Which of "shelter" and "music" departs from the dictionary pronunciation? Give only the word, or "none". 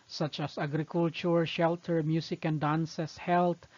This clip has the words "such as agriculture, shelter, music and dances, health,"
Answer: music